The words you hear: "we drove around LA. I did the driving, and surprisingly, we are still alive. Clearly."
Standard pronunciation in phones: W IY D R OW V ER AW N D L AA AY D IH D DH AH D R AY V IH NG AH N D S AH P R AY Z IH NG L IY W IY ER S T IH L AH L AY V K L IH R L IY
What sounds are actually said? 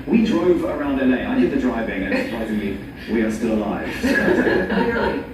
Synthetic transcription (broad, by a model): W IY D R OW V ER AW N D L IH AY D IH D DH AH D R AY V IH NG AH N S AH P R AY Z IH NG L IY W IY ER S T IH L AH L AY V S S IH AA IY